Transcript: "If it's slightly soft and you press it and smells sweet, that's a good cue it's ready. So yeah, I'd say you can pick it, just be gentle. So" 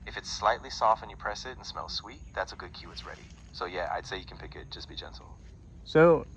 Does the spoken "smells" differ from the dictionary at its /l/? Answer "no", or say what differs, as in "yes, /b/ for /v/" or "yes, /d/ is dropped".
no